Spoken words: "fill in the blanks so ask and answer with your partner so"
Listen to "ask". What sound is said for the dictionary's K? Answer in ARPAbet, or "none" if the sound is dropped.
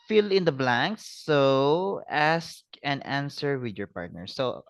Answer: K